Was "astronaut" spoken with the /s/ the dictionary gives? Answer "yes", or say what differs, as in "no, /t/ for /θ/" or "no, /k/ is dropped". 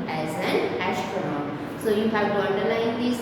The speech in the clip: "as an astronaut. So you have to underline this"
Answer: no, /ʃ/ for /s/